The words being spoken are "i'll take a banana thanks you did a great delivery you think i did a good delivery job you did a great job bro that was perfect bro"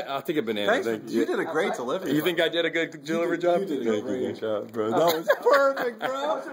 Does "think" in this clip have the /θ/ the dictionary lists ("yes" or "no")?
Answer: yes